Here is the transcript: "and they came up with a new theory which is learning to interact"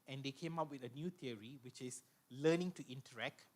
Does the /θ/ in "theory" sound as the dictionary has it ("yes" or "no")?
no